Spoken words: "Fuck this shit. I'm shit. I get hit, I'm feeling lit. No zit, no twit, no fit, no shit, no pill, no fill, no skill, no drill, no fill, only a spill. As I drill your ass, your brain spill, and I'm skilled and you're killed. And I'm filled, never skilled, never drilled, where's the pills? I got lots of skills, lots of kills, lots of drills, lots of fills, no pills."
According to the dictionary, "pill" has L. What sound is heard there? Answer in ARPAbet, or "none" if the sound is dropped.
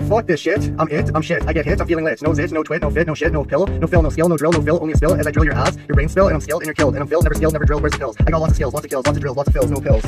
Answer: L